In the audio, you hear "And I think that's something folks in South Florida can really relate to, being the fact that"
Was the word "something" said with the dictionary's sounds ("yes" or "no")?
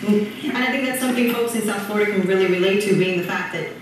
yes